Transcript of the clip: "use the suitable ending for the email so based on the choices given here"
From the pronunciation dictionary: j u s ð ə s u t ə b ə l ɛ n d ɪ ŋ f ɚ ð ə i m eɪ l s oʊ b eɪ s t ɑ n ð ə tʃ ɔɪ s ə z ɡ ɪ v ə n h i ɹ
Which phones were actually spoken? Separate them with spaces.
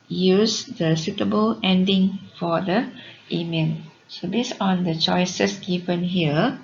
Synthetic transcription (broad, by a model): j u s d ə s u t ə b ə l ɛ n d ɪ ŋ f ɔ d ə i m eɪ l s oʊ b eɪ s ɑ n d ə tʃ ɔɪ s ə s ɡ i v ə n h i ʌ